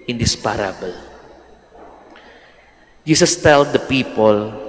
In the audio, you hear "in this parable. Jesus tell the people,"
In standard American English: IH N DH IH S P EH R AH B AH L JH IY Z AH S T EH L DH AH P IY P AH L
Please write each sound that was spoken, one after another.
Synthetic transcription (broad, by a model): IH N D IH S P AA R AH B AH L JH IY S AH S T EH L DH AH P IY P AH L